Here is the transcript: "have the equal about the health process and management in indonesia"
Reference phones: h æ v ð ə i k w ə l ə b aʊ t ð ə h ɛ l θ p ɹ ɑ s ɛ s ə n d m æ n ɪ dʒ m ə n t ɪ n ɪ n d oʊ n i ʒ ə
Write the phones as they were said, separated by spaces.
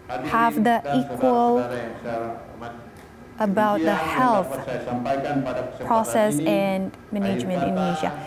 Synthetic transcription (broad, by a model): h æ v ð ə i k w ə l ə b aʊ t ð ə h ɛ l θ p ɹ ɑ s ɛ s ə n m æ n ɪ dʒ m ə n t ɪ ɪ n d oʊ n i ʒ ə